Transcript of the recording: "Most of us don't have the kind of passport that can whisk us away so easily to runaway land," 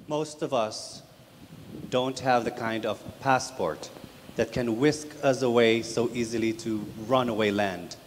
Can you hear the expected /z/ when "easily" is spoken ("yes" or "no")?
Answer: yes